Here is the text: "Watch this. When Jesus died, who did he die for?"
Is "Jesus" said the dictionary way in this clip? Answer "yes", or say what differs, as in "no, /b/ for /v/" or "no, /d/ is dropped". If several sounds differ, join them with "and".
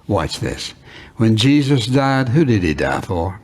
yes